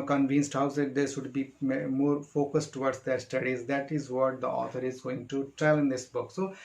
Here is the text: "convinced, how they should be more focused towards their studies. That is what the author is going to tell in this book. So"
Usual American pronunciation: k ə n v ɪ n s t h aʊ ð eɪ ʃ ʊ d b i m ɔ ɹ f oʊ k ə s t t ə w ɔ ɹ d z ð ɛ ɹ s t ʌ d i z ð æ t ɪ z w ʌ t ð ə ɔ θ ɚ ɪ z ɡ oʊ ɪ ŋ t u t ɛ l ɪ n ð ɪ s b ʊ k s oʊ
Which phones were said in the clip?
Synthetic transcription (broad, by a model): k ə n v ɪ n s t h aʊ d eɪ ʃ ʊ d b i m ɔ ɹ f oʊ k ə s t t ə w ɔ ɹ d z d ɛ ɹ s t ʌ d i z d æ t ɪ z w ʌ t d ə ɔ t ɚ ɪ z ɡ oʊ ɪ ŋ t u t ɛ l ɪ n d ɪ s b ʊ k s oʊ